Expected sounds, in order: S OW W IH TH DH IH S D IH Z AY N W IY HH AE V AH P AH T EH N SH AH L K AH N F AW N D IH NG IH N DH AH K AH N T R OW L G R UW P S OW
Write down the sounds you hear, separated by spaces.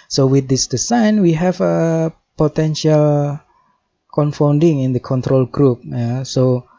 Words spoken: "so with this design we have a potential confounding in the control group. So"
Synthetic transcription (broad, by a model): S OW W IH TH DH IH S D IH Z AY N W IY HH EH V AH P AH T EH N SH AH L K AH N F AW N D IH NG IH N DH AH K AH N T R OW L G R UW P S OW